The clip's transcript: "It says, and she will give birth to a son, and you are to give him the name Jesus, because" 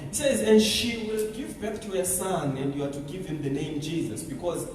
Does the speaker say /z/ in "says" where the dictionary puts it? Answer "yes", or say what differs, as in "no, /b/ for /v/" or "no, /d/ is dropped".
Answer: yes